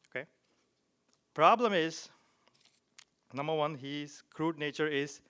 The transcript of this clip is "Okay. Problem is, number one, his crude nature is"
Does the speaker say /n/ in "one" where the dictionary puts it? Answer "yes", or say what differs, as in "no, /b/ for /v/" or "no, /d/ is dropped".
yes